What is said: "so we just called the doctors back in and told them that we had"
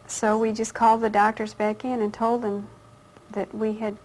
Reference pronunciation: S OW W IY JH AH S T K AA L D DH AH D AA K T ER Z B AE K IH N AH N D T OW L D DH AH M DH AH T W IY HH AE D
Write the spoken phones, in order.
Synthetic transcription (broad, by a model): S OW W IY JH AH S K AA L D DH AH D AA K T ER Z B AE K IH N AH N T OW L D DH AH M DH AH T W IY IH D